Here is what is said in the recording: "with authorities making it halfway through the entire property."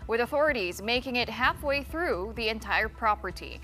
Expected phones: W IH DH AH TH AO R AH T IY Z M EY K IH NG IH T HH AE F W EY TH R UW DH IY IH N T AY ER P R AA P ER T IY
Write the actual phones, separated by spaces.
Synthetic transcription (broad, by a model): W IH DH AH TH AO R AH T IY Z M EY K IH NG IH T HH AE F W EY TH R UW DH IY IH N T AY ER P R AA P ER T IY